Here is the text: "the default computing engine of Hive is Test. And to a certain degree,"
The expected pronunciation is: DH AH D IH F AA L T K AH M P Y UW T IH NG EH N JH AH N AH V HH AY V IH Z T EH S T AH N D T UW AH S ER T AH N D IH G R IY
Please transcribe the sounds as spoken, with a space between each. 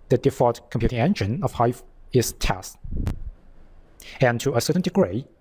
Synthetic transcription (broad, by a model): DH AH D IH F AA T K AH M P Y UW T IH NG EH N JH AH N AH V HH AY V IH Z T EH S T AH N T UW AH S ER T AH N D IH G R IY